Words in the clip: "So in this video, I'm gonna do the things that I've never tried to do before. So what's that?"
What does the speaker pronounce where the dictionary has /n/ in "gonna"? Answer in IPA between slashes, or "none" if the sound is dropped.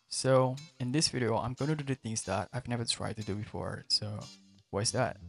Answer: none